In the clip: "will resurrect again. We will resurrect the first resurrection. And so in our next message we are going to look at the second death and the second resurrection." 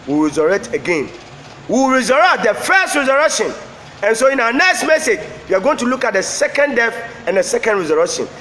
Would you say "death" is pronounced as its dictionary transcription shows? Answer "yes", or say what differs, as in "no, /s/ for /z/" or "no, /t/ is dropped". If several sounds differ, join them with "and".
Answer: no, /f/ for /θ/